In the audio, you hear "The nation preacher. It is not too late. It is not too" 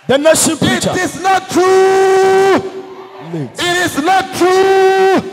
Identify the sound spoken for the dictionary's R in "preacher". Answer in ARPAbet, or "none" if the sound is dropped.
none